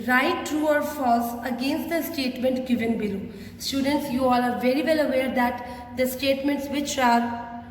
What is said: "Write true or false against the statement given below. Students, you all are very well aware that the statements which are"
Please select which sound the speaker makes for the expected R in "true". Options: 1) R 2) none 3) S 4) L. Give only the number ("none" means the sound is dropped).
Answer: 1